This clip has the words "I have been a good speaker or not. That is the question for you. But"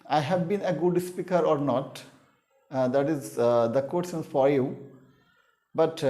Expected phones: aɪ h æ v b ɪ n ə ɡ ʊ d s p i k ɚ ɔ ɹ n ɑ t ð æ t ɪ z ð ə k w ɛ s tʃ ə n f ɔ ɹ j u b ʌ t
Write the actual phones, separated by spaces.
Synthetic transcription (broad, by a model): aɪ h æ v b ɪ n ə ɡ ʊ d s p i k ɚ ɔ ɹ n ɑ t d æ t ɪ z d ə k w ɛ tʃ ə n f ɔ ɹ j u b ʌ t